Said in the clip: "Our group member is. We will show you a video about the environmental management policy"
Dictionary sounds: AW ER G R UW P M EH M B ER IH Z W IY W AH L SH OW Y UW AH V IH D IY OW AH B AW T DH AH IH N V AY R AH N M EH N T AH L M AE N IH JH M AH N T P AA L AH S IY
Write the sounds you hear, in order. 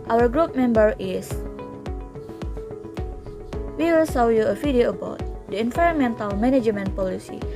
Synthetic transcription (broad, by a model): AW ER G R UW P M EH M B ER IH S W IY W AH L S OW Y UW AH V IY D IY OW AH B AW T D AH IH N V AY R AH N M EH N T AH L M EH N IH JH M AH N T P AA L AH S IY